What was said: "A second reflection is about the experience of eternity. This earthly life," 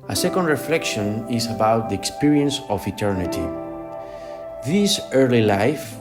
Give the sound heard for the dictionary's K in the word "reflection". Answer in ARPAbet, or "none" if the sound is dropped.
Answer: K